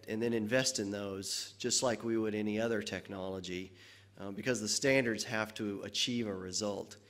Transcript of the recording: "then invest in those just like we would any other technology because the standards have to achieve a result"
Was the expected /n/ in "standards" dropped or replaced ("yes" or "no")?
no